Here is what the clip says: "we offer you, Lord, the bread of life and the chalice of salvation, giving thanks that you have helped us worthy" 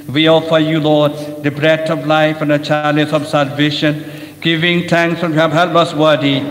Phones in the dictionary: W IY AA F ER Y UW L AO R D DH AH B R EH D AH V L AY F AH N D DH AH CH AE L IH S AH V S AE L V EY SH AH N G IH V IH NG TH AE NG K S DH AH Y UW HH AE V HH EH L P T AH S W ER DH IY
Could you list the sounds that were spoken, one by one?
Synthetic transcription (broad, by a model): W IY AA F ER Y UW L AO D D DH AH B R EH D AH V L AY F AH N D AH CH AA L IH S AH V S AE L V EY SH AH N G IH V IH NG T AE NG K S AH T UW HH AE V HH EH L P AH S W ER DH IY